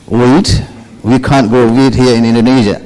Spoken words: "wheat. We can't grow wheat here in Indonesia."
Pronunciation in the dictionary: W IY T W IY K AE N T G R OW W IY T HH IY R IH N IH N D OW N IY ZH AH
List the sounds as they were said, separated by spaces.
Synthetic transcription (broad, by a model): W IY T W IY K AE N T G OW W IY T HH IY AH IH N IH N D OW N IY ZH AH